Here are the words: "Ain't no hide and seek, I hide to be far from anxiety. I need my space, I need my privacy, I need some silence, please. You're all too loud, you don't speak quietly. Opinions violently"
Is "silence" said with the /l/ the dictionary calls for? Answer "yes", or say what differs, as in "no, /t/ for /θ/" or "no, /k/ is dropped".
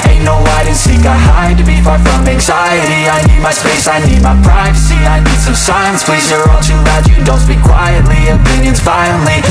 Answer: no, /l/ is dropped